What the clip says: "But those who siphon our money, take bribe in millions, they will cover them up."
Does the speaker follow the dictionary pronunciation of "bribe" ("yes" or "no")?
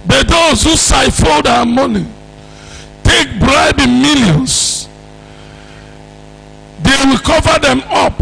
yes